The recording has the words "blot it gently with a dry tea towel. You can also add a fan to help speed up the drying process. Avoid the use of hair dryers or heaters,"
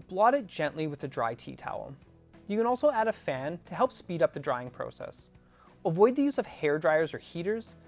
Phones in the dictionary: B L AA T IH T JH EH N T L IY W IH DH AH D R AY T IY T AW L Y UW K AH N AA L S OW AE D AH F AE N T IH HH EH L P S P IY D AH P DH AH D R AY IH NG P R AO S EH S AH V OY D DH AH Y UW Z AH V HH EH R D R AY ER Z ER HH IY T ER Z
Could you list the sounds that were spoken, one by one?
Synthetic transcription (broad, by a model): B L AA T IH T JH EH N T L IY W IH DH AH D R AY T IY T AW L Y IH K AH N AA L S OW AE D AH F AE N T IH HH EH L P S P IY D AH P DH AH D R AY IH NG P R AO S EH S AH V OY D DH AH Y UW Z AH V HH EH R D R AY ER Z ER HH IY T ER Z